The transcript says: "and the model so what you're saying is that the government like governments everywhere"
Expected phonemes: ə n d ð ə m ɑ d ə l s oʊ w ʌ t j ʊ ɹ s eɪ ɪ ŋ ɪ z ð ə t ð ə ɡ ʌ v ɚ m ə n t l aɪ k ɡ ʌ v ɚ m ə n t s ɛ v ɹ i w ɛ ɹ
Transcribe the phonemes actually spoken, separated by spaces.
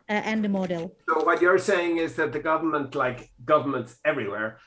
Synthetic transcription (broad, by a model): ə n d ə m ɑ d ə l s oʊ w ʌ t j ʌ ɹ s eɪ ɪ ŋ ɪ z ð ə t ð ə ɡ ʌ v ɚ m ə n t l aɪ k ɡ ʌ v ɚ m ə n t s ɛ v ɹ i w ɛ ɹ